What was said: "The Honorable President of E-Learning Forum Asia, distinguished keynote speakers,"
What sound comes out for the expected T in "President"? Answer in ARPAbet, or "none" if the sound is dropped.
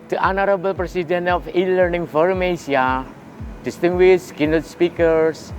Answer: none